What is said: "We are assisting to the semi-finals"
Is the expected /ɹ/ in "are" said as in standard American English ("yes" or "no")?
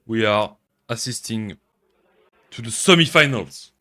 yes